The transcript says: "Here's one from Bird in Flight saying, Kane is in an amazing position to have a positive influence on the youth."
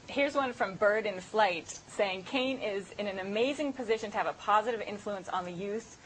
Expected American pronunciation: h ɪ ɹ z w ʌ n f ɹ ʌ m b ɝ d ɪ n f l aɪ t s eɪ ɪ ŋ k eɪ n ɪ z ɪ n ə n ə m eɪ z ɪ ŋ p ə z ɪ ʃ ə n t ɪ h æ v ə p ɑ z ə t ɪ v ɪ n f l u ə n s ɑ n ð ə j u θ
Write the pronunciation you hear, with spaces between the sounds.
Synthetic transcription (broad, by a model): h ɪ ɹ z w ʌ n f ɹ ʌ m b ɝ d ɪ n f l aɪ t s eɪ ɪ ŋ k eɪ n ɪ z ɪ n ə n ə m eɪ z ɪ ŋ p ə z ɪ ʃ ə n t ɪ v ə p ɑ z ə t ɪ v ɪ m f l u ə n s n ð ə j u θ